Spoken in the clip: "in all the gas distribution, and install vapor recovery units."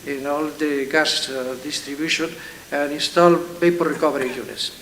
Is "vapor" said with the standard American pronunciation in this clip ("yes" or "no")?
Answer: no